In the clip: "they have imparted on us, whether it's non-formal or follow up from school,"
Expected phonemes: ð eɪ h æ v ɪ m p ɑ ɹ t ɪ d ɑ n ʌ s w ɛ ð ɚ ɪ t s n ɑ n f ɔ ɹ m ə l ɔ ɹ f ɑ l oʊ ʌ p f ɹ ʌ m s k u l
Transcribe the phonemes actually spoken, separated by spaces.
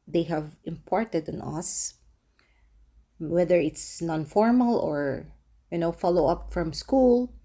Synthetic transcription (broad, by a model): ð eɪ h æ v ɪ m p ɑ ɹ t ɪ d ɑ n ʌ s w ɛ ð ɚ ɪ t s n ɑ n f ɔ ɹ m ə l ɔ ɹ f ɑ l oʊ ʌ p f ɹ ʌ m s k u l